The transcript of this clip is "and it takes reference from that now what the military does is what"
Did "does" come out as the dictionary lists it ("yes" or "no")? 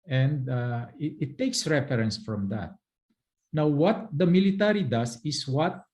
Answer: no